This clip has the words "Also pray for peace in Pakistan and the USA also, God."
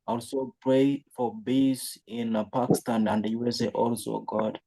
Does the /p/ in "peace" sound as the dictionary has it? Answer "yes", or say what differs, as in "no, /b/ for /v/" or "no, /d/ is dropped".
no, /b/ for /p/